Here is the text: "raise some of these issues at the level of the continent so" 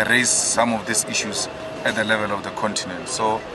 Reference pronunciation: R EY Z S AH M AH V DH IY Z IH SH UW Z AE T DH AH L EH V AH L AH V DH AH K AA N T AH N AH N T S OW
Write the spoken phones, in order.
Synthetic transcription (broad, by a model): R EY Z S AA M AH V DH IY S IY SH UW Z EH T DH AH L EH V AH L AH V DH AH K AA N T AH N AH N T S OW